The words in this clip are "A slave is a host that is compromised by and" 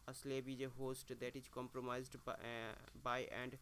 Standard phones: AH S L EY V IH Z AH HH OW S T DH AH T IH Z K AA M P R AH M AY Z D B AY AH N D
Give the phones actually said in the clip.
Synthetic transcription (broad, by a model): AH S L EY B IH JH AH HH OW S T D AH T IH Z K AA M P R AH M AY Z D B AY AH N D